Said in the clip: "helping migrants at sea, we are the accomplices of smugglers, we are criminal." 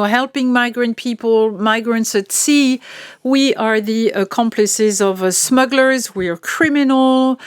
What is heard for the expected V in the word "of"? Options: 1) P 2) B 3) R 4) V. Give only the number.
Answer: 4